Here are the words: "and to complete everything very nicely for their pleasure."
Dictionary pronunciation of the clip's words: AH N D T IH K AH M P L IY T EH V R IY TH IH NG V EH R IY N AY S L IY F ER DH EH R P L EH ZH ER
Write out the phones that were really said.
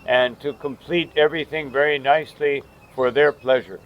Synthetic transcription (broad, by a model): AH N T IH K AH M P L IY T EH V R IY TH IH NG V EH R IY N AY S L IY F ER DH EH R P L EH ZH ER